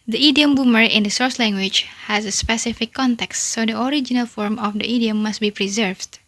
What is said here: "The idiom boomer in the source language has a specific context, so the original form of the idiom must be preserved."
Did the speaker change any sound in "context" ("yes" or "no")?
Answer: no